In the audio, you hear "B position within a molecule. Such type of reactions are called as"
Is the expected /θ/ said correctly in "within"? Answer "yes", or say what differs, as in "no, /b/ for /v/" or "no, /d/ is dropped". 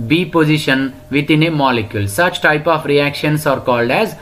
no, /t/ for /θ/